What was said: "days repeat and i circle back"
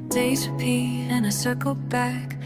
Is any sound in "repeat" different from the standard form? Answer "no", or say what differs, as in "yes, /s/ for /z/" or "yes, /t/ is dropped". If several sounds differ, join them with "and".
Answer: yes, /t/ is dropped